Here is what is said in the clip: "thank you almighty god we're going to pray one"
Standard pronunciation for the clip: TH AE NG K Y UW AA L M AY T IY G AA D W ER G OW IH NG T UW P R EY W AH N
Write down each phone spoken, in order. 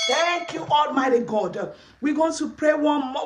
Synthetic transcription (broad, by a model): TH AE NG K Y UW AA L M AY T IY G AA D W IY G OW T UW P R EY W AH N